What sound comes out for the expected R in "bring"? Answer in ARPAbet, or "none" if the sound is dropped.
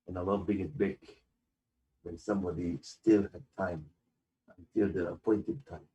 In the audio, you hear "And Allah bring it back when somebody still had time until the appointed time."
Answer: none